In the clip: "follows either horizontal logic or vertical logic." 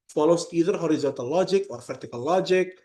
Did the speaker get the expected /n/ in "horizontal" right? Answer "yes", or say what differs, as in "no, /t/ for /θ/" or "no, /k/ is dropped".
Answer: no, /n/ is dropped